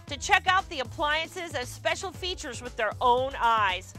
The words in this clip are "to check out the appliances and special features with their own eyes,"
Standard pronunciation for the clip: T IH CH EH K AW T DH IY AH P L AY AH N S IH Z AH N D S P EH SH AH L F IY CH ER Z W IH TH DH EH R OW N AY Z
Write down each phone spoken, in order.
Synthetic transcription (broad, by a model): T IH CH EH K AW T DH IY AH P L AY AH N S IH Z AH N S P EH SH L F IY CH ER Z W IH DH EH R OW N AY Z